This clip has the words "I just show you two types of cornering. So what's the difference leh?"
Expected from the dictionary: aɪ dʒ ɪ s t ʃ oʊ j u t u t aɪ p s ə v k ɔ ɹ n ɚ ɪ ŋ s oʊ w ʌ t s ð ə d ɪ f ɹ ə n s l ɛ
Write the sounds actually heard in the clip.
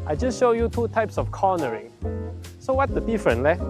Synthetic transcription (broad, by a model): aɪ dʒ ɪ s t ʃ oʊ j u t u t aɪ p s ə f k ɔ n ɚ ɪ ŋ s oʊ w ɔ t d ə d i f ɹ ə n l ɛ